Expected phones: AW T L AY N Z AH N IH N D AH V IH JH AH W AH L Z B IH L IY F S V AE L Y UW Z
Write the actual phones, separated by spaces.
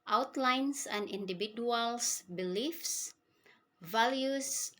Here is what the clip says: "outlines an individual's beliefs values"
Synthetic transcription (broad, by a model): AW T L AY N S AH N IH N D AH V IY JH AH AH L S B IH L IY F S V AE L Y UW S